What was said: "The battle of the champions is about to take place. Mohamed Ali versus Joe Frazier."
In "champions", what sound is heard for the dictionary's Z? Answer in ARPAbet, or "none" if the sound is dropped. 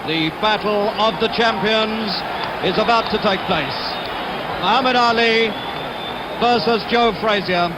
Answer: Z